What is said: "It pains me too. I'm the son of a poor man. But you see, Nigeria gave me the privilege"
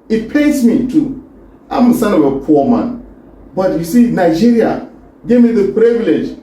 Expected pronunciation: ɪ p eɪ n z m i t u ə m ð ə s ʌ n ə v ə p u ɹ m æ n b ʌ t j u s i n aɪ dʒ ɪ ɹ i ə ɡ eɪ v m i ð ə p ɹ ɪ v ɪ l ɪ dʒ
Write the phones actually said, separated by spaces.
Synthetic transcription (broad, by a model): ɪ p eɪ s m i t u ə m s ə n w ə p ə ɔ m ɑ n b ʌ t j u s i n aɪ dʒ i ɹ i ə ɡ eɪ v m i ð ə p ɹ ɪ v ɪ l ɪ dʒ